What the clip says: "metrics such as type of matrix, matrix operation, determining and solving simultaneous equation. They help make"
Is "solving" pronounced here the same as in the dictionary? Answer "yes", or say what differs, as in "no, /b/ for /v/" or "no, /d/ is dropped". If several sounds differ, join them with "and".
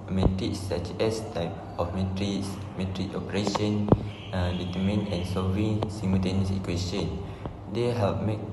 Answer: no, /l/ is dropped